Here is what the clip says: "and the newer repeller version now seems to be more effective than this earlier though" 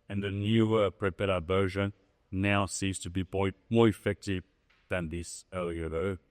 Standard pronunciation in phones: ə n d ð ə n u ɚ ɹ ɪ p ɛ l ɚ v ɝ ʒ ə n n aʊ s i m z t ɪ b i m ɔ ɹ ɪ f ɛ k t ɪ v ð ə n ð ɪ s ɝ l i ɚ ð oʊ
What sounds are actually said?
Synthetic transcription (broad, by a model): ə n ð ə n u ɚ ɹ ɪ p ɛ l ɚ b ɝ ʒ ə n n aʊ s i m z t ɪ b i m ɔ ɹ ɪ f ɛ k t ɪ v ð ə n ð ɪ s ɝ l i ɚ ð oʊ